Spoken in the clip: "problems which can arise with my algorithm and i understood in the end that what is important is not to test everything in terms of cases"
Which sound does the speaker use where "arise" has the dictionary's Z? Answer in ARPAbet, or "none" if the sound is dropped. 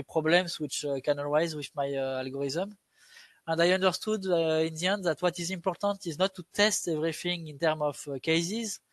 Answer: Z